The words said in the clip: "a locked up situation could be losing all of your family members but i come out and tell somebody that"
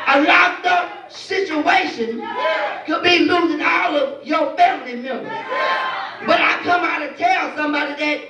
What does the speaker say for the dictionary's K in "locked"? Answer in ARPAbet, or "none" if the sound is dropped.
none